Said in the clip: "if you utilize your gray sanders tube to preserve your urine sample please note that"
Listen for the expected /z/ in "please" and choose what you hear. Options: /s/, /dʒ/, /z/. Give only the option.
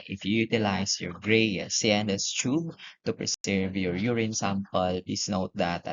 /s/